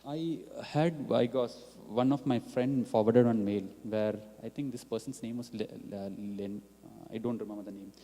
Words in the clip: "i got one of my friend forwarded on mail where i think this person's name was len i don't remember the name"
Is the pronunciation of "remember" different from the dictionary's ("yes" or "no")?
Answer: yes